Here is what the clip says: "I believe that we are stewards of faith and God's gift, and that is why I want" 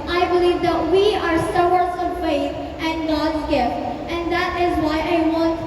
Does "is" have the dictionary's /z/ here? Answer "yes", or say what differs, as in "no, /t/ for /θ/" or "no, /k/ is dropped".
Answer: yes